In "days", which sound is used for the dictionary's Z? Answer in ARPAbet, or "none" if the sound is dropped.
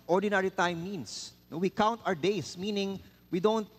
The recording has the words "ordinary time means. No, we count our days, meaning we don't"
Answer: S